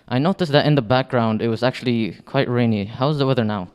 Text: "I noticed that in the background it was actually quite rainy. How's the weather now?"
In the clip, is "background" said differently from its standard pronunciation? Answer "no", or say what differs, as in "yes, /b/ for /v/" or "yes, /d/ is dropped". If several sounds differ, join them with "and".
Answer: no